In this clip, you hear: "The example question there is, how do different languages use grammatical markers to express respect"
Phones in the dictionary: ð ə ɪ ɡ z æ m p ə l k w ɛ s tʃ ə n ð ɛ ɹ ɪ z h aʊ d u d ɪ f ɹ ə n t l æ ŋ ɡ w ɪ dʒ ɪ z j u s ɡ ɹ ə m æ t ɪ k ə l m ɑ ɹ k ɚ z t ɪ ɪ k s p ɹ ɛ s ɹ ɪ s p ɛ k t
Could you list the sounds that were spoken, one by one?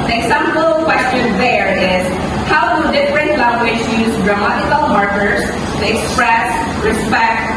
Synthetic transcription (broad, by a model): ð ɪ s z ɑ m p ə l k w ɛ s tʃ ə n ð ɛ ɹ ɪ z h aʊ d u d ɪ f ɹ ə n t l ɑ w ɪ ʃ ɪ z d ɹ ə m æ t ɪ k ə l m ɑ ɹ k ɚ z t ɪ ɪ k s p ɹ ɛ s ɹ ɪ s p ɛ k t